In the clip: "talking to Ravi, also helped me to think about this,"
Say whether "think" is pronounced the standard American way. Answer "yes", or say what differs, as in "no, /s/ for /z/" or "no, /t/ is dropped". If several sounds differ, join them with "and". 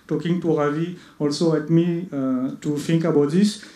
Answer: no, /t/ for /θ/